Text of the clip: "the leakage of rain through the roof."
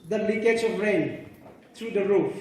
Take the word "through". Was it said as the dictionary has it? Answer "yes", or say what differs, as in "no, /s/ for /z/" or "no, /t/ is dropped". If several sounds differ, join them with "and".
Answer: no, /t/ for /θ/